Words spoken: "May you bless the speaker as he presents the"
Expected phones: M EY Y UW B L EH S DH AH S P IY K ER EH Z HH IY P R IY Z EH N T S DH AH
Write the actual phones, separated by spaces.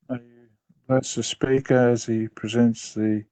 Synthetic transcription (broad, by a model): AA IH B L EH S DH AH S P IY K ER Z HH IY P R IY Z EH N T S DH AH